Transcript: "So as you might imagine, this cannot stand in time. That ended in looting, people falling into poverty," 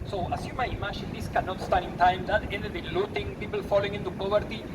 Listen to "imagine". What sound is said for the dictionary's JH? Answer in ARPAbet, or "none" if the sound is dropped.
SH